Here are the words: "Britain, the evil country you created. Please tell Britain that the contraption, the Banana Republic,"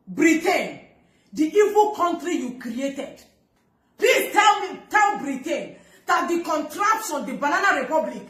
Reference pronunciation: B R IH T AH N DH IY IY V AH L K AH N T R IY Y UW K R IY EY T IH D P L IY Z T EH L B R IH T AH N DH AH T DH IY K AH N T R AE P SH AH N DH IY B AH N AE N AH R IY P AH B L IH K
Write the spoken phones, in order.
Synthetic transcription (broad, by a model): B R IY T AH N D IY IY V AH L K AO N T R IY Y UW K R IY EY T IH D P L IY T EH L B R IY T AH N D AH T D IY K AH N T R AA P S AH N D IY B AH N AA N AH R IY P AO B L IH K